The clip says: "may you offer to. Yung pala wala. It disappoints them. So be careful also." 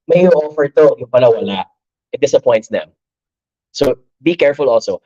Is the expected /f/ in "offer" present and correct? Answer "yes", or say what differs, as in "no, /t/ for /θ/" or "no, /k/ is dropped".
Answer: yes